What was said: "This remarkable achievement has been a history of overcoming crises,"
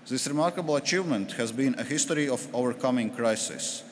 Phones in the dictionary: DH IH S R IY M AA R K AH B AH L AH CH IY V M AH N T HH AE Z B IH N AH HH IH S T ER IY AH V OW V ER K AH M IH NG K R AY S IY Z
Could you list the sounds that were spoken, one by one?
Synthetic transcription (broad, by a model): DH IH S R IY M AA R K AH B AH L AH CH IY V M AH N T HH AE Z B IH N AH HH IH S T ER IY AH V OW V ER K AH M IH NG K R AY S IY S